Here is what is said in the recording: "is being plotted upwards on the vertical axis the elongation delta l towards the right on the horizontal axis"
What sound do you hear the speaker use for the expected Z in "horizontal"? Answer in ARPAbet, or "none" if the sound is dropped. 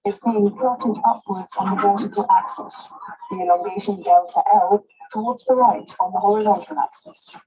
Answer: Z